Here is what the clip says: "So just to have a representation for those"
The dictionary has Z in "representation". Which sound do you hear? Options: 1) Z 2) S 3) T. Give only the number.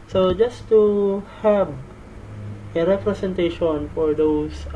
2